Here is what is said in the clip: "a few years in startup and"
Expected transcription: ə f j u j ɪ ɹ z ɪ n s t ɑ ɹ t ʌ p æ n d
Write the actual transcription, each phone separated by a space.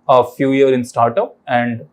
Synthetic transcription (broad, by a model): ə f j u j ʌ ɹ ɪ n s t ɑ ɹ t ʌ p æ n d